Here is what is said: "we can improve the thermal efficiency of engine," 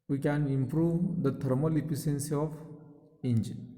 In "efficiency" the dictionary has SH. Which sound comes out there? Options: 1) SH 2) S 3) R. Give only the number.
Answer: 2